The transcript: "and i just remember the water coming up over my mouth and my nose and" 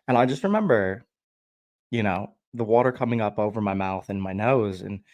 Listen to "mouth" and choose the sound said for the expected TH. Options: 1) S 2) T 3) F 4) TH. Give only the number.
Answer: 4